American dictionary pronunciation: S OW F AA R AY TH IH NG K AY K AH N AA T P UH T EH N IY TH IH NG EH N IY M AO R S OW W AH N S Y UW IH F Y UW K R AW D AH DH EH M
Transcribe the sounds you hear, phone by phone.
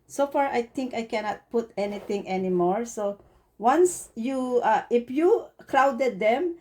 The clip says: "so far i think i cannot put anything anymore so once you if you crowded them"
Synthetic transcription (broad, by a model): S OW F AA R AY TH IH NG K AY K AH N AA T P UH T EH N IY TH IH NG EH N IY M AO R S OW W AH N S Y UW IH F Y UW K R AW D AH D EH M